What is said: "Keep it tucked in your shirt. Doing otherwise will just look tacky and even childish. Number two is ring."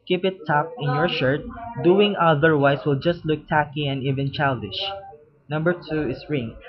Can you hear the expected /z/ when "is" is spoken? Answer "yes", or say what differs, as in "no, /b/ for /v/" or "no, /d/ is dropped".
no, /s/ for /z/